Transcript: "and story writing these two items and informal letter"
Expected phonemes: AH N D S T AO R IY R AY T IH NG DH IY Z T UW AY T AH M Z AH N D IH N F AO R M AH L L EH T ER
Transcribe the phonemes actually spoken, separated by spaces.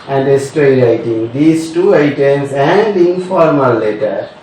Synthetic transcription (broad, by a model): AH N D S T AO IY R AY T IH NG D IY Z T UW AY T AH M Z AH N D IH N F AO R M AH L L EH T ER